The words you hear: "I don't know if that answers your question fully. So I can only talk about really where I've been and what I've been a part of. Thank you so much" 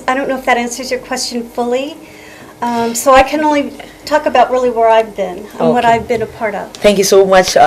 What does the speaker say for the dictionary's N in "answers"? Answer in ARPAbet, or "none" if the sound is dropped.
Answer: N